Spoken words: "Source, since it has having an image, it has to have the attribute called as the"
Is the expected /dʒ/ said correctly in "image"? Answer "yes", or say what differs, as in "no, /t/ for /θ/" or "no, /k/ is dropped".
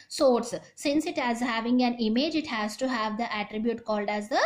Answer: yes